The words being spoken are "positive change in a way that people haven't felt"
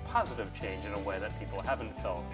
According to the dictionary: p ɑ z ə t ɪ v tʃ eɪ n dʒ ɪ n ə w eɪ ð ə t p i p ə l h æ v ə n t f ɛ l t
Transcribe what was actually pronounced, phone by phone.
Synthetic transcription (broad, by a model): p ɑ z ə t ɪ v tʃ eɪ n dʒ ɪ n ə w eɪ ð ə t p i p l h æ v ə n t f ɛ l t